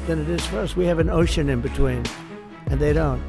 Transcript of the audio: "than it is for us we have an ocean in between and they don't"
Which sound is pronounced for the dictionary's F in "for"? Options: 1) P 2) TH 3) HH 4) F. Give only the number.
4